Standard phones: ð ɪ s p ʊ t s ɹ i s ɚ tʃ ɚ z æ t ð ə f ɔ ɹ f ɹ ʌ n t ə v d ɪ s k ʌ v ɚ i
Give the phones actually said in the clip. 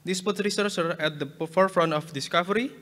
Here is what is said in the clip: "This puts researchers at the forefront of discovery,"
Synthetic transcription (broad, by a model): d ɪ s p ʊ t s ɹ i s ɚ s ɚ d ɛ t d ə f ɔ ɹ f ɹ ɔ n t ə f d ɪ s k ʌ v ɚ i